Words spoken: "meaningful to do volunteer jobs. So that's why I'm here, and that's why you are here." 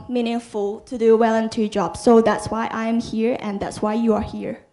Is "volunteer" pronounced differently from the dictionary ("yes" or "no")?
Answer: yes